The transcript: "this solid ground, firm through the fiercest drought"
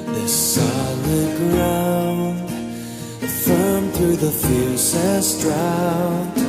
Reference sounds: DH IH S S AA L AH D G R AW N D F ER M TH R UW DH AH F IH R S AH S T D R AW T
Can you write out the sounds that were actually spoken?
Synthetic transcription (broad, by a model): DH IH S S AA L AH D G R AW N D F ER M TH R UW DH AH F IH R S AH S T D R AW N